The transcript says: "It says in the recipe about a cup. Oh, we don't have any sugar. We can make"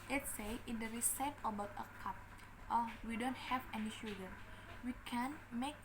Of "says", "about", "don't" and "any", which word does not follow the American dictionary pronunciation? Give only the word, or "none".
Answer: says